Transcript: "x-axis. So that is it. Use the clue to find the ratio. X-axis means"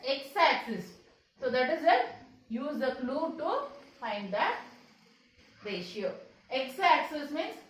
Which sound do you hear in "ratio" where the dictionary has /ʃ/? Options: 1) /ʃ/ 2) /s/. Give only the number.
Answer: 1